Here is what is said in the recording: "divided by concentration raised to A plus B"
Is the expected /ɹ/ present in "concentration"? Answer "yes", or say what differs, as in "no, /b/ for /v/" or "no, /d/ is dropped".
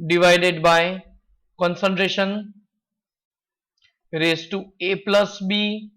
yes